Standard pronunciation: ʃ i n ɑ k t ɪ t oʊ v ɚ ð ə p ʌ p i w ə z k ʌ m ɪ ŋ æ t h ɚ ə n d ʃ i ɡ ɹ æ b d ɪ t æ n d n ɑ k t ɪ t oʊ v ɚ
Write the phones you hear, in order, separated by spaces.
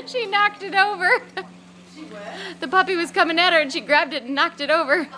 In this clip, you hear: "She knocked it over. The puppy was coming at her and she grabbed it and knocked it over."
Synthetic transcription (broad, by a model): ʃ i n ɑ k t ɪ t oʊ v ɚ ð ə p ʌ p i w ə z k ʌ m ɪ ŋ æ t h ɚ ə n ʃ i ɡ ɹ æ b d ɪ t n n ɑ k t ɪ t oʊ v ɚ